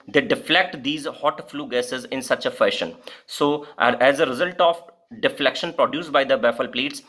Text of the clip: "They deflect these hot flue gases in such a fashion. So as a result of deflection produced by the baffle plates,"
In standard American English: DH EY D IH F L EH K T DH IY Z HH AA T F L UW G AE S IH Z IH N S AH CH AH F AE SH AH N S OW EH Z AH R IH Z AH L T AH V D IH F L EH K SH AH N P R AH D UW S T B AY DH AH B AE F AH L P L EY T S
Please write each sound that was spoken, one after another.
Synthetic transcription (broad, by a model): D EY D IH F L EH K T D IY Z HH AA T F L UW G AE S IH Z IH N S AH CH AH F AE SH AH N S OW EH Z AH R IH Z AH L T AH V D IH F L EH K SH AH N P R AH D UW S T B AY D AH B AE F AH L P L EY T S